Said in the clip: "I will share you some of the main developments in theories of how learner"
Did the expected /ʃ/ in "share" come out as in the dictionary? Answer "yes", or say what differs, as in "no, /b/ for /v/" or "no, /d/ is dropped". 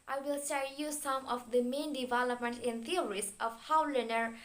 no, /s/ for /ʃ/